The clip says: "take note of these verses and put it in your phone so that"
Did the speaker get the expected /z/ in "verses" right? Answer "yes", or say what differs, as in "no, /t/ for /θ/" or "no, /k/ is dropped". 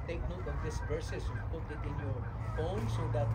no, /s/ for /z/